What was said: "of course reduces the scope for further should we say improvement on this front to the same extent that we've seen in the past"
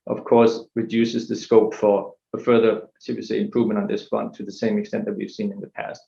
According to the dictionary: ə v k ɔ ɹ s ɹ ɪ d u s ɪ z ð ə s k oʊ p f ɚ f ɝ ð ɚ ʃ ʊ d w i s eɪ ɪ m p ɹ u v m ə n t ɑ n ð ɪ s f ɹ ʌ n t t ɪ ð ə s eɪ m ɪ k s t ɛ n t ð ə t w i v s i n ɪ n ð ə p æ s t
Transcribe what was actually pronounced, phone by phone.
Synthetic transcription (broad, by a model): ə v k ɔ ɹ s ɹ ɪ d u s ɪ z ð ə s k oʊ p f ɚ f ɝ ð ɚ s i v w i s eɪ ɪ m p ɹ u v m ə n t n ð ɪ s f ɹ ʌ n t t ɪ ð ə s eɪ m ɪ k s t ɛ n ð ə t w i v s i n ɪ n ð ə p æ s t